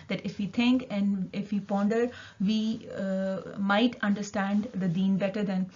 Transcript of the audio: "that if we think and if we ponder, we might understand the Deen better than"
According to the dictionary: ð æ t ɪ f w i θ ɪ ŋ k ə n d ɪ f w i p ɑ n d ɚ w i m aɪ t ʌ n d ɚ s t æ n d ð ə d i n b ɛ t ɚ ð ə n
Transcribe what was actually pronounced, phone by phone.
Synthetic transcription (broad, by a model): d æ t ɪ f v i t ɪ ŋ k ə n d ɪ f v i p ɑ n d ɚ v i m aɪ t ʌ n d ɚ s t æ n d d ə d i n b ɛ t ɚ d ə n